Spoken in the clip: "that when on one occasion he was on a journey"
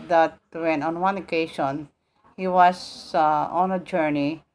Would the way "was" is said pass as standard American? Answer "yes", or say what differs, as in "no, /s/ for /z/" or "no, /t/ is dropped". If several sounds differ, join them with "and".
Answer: no, /s/ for /z/